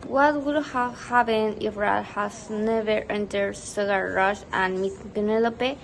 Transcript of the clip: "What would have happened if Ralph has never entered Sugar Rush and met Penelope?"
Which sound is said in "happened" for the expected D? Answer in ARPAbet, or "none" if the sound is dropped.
none